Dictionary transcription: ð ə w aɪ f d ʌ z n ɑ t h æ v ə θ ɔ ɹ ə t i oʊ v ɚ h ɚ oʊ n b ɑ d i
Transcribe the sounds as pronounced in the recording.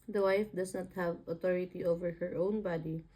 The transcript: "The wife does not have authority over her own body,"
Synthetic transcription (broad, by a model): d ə w aɪ f d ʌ s n ɑ t h æ v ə t ɔ ɹ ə t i oʊ v ɚ h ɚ oʊ n b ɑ d i